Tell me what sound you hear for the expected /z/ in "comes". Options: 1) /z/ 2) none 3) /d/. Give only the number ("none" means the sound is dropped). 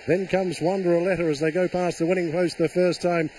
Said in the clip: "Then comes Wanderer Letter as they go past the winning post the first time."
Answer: 1